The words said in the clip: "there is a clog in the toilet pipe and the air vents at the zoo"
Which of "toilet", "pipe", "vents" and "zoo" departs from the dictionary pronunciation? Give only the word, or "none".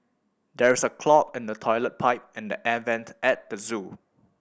vents